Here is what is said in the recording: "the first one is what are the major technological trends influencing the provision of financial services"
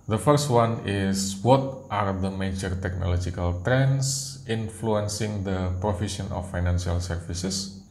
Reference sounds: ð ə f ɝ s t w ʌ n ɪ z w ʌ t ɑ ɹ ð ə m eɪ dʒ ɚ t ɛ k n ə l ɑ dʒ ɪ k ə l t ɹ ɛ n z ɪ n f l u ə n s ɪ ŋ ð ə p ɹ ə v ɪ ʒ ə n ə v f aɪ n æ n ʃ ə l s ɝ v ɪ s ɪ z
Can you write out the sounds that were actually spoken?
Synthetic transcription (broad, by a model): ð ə f ɝ s t w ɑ n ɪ s w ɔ t ɑ ɹ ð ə m eɪ dʒ ɚ t ɛ k n ə l ɑ dʒ ɪ k ə l t ɹ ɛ n s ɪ n f l u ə n s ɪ ŋ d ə p ɹ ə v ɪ ʃ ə n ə f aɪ n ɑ n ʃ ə l s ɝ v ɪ s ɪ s